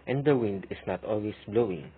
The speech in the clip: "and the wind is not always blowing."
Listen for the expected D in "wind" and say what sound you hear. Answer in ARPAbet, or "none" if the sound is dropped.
D